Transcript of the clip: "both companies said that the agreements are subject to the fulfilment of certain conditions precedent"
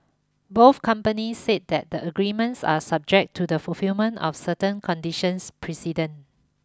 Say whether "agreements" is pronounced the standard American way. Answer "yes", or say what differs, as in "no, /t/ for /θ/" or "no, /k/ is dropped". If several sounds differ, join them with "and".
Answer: yes